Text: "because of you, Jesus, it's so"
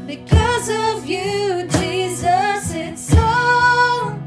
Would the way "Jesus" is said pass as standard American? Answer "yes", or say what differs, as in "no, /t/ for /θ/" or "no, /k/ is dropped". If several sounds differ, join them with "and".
yes